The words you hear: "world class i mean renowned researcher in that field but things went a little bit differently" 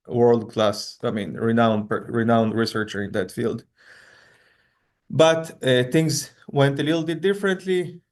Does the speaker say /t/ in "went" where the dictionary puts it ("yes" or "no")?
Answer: yes